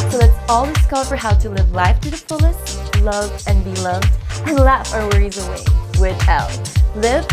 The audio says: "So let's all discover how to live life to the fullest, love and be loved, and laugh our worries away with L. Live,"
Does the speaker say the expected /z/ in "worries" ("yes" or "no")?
yes